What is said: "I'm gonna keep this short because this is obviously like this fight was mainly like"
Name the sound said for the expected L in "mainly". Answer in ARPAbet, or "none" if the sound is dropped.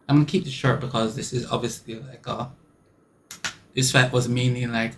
none